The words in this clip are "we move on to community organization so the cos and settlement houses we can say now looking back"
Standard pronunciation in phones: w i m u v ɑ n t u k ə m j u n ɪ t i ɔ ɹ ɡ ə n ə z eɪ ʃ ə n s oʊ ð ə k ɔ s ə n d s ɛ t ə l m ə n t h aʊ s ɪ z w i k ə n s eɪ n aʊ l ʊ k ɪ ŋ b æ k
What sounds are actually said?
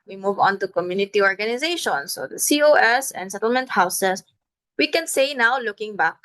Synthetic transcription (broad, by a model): w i m u v ɑ n t u k ə m j u n ɪ t i ɔ ɹ ɡ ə n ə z eɪ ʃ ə n s oʊ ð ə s ɔ s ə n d s ɛ t ə l m ə n t h aʊ s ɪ s w i k ə n s eɪ n aʊ l ʊ k ɪ ŋ b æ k